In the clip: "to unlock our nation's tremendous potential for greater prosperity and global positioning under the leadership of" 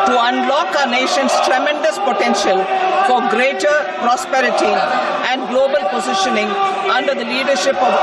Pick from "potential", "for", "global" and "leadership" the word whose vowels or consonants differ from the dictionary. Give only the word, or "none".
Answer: none